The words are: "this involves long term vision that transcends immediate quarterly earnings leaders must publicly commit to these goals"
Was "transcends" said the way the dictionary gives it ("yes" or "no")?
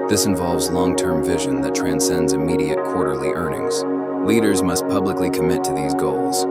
yes